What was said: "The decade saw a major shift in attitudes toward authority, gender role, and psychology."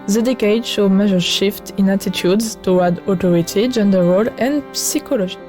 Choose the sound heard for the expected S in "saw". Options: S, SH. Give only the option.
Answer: SH